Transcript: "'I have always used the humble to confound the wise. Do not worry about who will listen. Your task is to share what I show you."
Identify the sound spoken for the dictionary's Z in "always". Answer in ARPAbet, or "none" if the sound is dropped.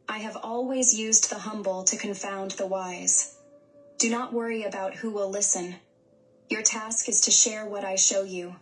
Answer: Z